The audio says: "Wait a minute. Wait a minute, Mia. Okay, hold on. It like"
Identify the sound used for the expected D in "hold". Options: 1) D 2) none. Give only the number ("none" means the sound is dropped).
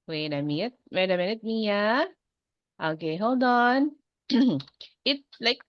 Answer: 1